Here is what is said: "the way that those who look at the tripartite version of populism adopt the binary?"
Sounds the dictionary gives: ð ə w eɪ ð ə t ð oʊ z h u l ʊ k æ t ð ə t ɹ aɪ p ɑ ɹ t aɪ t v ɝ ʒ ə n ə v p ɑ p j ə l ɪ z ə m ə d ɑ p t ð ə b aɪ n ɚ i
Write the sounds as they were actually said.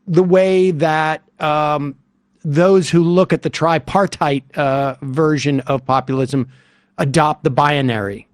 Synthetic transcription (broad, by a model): ð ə w eɪ ð ə t ð oʊ z h u l ʊ k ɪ t ð ə t ɹ aɪ p ɑ ɹ t aɪ t v ɝ ʒ ə n ə v p ɑ p j l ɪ z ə m ə d ɑ p t ð ə b aɪ n ɚ i